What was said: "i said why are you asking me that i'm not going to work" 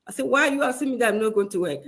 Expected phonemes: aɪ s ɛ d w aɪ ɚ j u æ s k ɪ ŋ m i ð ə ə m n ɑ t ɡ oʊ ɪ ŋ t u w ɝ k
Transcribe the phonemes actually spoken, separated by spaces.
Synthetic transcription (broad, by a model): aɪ s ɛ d w aɪ j u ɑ s ɪ m i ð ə ə m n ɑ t ɡ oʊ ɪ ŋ t u w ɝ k